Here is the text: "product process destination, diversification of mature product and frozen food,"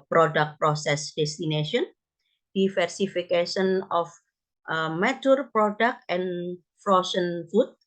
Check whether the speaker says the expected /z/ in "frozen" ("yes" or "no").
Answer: no